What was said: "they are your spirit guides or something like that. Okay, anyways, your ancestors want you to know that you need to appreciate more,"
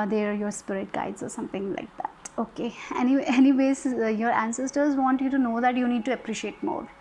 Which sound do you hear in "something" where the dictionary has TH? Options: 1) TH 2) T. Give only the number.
2